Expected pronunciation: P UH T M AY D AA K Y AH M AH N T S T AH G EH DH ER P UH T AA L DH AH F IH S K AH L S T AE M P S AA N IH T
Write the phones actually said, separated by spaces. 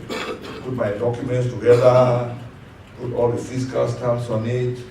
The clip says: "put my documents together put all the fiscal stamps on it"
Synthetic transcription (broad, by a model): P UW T M AY D AA K Y AH M AH N T S T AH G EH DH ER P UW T AA L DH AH F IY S K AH L S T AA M S AA N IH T